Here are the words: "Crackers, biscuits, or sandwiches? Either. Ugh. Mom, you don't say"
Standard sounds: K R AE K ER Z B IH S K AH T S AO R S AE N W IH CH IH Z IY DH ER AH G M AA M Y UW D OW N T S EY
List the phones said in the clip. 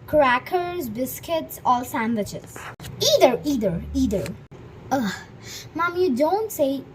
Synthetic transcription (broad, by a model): K R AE K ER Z B IH S K AH T S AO L S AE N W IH CH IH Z IY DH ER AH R M AA M Y UW D OW N T S EY